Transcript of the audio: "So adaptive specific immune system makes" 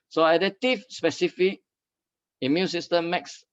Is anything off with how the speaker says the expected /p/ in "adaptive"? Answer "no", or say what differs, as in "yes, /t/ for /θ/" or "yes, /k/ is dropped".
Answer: yes, /p/ is dropped